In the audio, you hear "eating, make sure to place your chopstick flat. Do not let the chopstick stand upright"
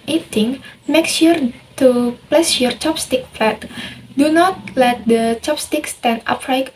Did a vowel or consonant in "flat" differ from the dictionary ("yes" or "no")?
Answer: yes